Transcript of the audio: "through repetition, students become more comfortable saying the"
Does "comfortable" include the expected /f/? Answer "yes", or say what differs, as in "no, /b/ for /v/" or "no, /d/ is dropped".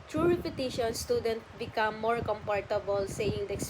no, /p/ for /f/